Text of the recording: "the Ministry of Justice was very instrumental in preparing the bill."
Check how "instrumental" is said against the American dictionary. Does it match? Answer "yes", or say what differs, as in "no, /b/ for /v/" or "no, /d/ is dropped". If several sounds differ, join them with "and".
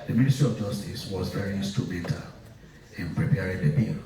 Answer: no, /ɹ/ is dropped